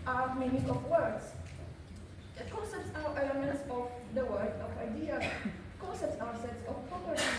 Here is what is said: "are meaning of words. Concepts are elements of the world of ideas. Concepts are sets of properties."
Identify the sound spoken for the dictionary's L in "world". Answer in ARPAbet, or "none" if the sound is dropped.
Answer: none